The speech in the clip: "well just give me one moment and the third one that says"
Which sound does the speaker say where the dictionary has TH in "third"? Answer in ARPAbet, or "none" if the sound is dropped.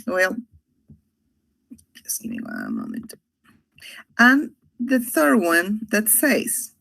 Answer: TH